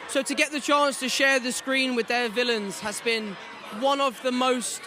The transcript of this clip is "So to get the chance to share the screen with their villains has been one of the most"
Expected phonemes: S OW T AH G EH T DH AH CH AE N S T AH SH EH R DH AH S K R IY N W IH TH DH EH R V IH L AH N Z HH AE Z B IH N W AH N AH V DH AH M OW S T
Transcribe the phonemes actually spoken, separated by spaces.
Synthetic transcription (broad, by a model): S OW T AH G EH T DH AH CH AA N S T AH SH EH DH AH S K R IY N W IH DH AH V IH L AH N Z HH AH Z B IH N W AH N AH V DH AH M OW S T